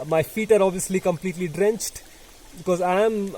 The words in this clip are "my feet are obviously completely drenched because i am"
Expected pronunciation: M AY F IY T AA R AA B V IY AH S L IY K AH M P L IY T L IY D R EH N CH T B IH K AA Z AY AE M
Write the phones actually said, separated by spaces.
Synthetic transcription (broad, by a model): M AY F IY T AA R AA B V IY AH S L IY K AH M P L IY T L IY D R EH N CH T B IH K AA Z AY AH M